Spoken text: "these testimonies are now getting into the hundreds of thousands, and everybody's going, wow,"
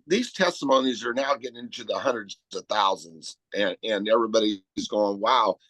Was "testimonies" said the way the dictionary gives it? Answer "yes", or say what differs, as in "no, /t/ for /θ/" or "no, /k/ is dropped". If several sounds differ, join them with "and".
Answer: yes